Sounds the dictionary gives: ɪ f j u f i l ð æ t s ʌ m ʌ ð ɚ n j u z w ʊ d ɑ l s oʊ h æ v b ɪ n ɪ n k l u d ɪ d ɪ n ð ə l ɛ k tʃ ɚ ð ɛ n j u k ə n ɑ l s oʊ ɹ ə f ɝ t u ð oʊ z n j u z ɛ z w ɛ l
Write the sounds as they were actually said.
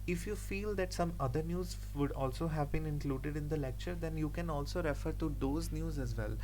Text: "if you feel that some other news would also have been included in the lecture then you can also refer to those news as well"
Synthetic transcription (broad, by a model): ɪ f j u f i l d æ t s ʌ m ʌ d ɚ n j u z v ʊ d ɑ l s oʊ h æ v b ɪ n ɪ n k l u d ɪ d ɪ n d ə l ɛ k tʃ ɚ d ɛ n j u k ə n ɑ l s oʊ ɹ ə f ɝ t u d oʊ z n j u z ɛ z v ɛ l